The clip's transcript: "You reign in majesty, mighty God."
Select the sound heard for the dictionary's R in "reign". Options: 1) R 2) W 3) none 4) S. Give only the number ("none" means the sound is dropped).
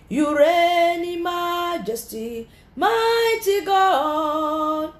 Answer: 1